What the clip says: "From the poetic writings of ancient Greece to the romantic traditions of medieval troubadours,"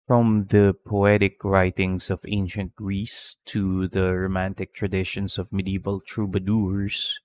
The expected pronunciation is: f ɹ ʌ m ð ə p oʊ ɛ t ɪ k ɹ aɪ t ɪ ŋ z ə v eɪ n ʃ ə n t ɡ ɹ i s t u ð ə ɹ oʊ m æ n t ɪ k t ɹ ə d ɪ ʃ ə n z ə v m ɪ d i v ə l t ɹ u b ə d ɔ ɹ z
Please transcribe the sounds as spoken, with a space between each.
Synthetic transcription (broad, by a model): f ɹ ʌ m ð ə p oʊ ɛ t ɪ k ɹ aɪ t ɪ ŋ s ə v eɪ n ʃ ə n t ɡ ɹ i s t u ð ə ɹ oʊ m æ n t ɪ k t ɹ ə d ɪ ʃ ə n s ə v m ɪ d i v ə l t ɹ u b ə d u ɹ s